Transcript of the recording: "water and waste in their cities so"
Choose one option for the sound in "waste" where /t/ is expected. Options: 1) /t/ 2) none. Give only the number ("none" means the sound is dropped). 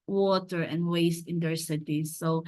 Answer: 1